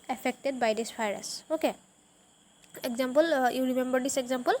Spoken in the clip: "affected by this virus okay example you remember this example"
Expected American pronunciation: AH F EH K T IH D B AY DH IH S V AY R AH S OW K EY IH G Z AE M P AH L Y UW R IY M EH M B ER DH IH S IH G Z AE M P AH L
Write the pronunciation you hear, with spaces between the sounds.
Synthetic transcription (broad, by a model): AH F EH K T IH D B AY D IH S P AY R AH S OW K EY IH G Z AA M P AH L Y UW R IY M EH M B ER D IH S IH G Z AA M P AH L